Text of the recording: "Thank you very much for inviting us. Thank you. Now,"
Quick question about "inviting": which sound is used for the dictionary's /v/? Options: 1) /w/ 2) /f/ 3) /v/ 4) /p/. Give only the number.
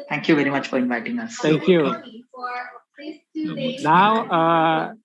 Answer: 3